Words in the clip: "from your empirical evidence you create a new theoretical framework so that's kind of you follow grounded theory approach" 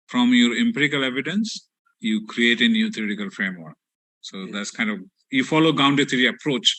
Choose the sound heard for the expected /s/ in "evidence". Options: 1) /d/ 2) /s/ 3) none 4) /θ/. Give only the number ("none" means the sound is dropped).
2